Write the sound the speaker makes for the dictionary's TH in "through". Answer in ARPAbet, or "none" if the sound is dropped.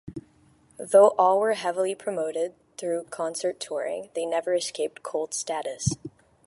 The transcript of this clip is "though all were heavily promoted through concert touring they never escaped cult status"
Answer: TH